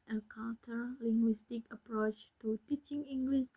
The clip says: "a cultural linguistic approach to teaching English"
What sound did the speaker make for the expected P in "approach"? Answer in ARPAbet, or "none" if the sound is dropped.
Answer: P